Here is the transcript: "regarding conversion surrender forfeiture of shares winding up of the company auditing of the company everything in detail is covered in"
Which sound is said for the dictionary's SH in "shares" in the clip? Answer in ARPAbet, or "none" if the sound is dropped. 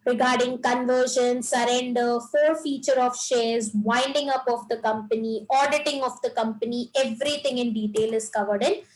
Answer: SH